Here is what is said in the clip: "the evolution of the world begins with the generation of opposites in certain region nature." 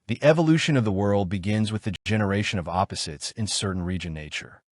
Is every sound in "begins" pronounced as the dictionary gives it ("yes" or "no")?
yes